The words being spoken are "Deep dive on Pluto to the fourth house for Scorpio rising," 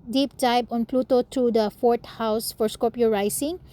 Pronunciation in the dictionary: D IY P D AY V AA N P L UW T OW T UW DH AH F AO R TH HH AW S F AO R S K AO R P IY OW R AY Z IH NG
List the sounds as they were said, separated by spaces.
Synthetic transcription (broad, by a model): D IY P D AY B AA N P L UW T OW T UW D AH F AO R T HH AW S F AO R S K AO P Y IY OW R AY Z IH NG